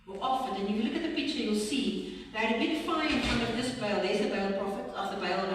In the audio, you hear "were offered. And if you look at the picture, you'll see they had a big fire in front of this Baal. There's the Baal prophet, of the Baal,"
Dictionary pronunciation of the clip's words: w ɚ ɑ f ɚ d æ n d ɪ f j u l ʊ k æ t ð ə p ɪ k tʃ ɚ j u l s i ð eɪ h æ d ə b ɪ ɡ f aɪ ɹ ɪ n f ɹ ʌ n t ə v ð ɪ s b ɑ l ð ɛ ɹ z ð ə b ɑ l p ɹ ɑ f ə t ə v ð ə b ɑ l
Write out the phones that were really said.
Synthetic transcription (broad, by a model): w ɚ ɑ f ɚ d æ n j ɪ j l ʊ k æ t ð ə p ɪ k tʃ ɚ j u l s i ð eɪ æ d ə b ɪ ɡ f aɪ ɪ n f ɹ ʌ n t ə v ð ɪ s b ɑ l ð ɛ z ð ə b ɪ l p ɹ ɑ f ə t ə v ð ə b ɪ l